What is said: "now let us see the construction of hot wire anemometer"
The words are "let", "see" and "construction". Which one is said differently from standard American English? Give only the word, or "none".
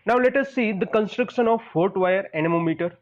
none